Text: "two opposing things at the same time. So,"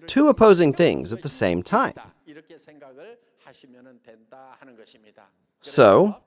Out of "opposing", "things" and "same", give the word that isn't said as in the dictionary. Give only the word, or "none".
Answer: none